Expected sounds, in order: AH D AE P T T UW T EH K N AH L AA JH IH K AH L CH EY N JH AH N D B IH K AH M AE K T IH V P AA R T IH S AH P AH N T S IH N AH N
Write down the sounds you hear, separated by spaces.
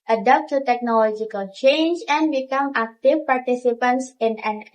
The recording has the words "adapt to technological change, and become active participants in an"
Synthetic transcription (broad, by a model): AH D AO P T T UW T EH K N AH L AA JH IH K AH L CH EY N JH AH N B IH K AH M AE K T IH F P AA R T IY S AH P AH N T S IH N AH N